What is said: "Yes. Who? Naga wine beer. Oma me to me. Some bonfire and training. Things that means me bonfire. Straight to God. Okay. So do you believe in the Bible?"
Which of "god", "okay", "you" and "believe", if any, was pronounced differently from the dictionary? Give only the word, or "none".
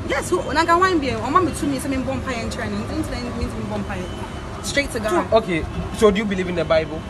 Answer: god